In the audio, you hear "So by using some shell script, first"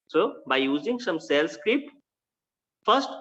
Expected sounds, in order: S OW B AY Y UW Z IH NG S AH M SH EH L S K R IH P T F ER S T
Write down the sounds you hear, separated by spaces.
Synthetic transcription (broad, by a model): S OW B AY Y UW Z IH NG S AH M S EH L S K R IH P T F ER S T